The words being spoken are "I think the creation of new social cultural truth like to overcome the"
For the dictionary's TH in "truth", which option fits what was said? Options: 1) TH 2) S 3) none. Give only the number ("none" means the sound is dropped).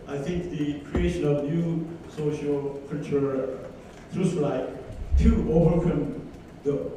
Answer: 2